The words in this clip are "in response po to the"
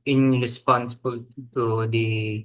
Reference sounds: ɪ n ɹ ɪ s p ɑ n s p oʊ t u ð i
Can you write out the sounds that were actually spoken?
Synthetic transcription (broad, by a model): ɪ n ɹ ɪ s p ɑ n s b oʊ t u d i